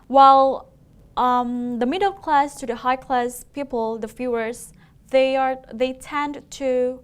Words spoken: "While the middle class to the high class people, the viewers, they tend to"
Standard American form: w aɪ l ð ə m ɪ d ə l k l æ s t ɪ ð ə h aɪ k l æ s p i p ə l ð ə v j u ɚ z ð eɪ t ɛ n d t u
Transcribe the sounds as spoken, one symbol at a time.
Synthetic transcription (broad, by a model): w aɪ l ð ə m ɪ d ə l k l æ s t ɪ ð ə h aɪ k l æ s p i p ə l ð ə f j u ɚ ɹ ð eɪ t ɛ n d t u